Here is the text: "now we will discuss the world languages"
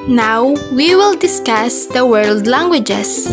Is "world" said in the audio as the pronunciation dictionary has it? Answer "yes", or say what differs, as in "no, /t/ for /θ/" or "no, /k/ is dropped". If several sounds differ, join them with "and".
yes